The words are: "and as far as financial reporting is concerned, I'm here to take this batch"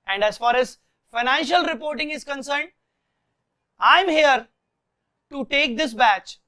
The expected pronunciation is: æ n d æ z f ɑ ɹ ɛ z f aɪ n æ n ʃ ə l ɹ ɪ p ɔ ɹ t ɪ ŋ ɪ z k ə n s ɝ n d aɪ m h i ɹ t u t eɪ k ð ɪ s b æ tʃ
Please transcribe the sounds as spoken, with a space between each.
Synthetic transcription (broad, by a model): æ n d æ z f ɑ ɹ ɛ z f aɪ n æ n ʃ ə l ɹ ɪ p ɔ ɹ t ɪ ŋ ɪ z k ə n s ɝ n d aɪ m h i ɹ t u t eɪ k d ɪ s b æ tʃ